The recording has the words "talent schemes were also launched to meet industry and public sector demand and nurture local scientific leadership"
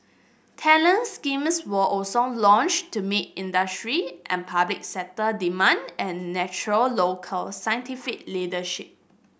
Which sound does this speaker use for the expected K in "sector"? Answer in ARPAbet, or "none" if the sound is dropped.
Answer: none